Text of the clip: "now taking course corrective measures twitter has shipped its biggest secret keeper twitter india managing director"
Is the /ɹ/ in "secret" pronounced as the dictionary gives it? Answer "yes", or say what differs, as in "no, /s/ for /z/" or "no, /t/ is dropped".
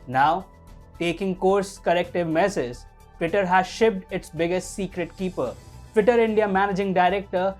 yes